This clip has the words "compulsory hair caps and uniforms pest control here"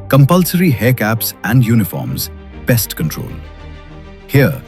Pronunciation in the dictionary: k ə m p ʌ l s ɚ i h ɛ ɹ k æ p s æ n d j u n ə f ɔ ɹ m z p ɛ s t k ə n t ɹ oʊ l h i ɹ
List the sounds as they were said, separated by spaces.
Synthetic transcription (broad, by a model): k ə m p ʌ l s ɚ i h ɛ k æ p s æ n d j u n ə f ɔ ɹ m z b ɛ s t k ə n t ɹ oʊ l h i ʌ